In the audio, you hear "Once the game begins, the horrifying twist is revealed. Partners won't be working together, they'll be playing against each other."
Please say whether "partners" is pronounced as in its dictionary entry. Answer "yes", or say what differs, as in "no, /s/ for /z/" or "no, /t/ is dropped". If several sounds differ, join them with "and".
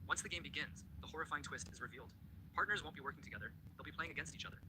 yes